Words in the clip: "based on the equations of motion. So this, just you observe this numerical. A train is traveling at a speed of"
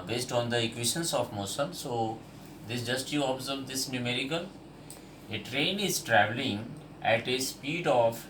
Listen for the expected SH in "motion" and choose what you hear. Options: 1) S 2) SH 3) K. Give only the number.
1